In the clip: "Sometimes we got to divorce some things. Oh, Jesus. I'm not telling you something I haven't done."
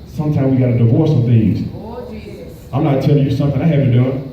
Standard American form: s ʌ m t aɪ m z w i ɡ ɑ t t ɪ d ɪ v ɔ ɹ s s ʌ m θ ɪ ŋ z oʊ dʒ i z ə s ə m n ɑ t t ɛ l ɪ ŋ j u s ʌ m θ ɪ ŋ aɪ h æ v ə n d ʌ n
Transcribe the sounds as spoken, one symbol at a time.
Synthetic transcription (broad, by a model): s ʌ m t aɪ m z w i ɡ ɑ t t ɪ d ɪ v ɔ ɹ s s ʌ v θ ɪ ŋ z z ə ə m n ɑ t t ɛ l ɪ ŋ j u s ʌ m θ ɪ ŋ aɪ h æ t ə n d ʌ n